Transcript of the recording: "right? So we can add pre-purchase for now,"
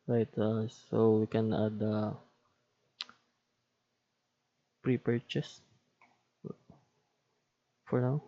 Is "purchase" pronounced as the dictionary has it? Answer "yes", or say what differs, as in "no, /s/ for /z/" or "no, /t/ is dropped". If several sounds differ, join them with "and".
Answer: yes